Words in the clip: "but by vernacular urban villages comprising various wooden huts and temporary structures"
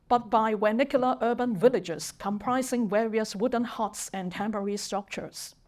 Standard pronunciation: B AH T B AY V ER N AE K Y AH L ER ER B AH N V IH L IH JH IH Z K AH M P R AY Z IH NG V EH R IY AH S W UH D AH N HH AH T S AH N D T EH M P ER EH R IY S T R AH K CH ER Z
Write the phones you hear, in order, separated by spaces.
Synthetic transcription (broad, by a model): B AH T B AY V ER N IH K Y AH L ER ER B AH N V IH L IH JH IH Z K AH M P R AY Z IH NG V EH R IY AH S W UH D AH N HH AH T S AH N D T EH M B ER R IY S T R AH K CH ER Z